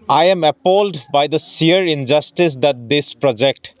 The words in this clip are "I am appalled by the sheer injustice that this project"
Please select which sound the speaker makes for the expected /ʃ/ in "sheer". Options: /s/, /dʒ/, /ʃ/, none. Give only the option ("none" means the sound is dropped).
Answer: /s/